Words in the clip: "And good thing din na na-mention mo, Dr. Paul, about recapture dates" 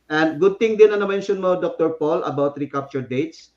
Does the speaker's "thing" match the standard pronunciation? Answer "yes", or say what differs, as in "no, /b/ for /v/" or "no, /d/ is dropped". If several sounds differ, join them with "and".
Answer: no, /t/ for /θ/